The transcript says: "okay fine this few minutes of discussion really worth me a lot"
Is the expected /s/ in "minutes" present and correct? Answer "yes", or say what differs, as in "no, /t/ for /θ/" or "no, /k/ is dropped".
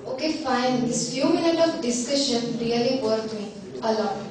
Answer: no, /s/ is dropped